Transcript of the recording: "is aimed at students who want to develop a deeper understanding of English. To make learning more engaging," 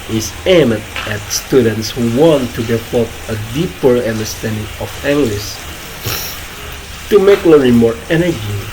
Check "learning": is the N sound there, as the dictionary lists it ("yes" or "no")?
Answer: no